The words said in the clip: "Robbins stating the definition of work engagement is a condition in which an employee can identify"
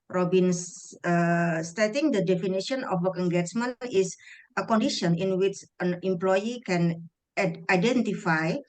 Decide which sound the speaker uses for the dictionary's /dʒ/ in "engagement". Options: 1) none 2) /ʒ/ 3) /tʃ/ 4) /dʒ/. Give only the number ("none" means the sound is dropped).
3